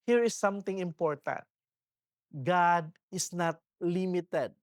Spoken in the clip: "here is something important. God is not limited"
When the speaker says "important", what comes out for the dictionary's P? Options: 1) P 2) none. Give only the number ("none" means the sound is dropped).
1